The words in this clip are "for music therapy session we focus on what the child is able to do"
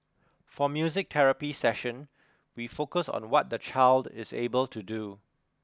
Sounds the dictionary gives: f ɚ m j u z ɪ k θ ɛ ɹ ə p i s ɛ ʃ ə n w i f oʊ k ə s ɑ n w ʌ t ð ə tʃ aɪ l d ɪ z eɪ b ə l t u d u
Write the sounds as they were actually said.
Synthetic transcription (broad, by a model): f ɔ m j u z ɪ k t ɛ ɹ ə p i s ɛ ʃ ə n w i f oʊ k ə s ɑ n w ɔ t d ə tʃ aɪ l d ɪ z eɪ b ə l t u d u